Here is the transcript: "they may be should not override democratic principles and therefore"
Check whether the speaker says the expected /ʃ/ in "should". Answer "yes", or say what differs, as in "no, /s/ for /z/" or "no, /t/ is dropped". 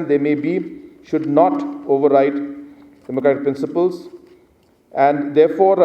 yes